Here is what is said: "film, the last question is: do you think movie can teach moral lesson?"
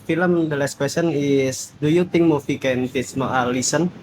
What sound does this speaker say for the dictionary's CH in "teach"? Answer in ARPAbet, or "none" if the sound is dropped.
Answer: S